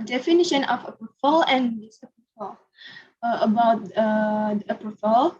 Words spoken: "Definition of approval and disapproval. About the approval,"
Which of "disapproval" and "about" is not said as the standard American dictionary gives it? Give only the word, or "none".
disapproval